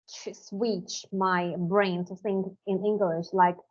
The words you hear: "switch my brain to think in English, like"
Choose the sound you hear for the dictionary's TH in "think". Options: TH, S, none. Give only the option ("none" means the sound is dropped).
S